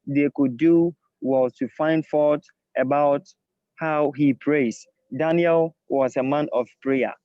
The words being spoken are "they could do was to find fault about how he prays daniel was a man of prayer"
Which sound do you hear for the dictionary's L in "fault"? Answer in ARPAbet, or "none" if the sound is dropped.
none